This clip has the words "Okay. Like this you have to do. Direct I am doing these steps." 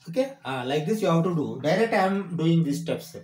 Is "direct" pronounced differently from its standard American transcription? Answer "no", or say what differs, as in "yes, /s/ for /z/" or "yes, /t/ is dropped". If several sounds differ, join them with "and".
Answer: yes, /k/ is dropped